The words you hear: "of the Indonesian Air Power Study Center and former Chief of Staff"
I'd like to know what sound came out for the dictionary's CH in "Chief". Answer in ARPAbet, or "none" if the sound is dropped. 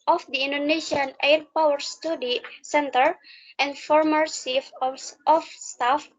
S